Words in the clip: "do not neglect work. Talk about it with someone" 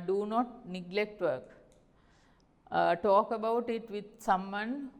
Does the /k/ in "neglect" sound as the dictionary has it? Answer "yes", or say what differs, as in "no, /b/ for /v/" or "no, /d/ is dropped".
yes